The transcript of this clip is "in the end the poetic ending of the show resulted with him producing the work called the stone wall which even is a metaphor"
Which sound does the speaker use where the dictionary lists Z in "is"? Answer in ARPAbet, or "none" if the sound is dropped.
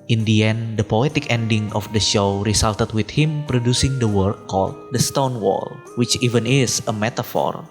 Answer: S